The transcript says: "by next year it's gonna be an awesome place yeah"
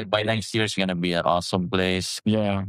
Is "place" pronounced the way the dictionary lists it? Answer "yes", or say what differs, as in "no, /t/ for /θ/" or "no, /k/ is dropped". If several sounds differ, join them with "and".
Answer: yes